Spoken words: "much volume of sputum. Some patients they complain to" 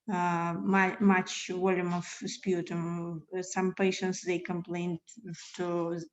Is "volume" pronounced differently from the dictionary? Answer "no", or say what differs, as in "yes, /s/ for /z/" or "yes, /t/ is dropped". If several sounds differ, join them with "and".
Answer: yes, /w/ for /v/